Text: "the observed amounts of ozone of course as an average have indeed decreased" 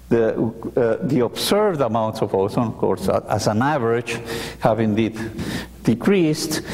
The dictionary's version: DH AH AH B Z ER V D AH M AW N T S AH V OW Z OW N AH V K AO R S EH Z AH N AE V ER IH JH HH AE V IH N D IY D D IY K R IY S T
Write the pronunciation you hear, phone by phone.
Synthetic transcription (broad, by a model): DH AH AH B S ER V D AH M AW N T S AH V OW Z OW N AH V K AO R S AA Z AH N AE V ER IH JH HH AE V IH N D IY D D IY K R IY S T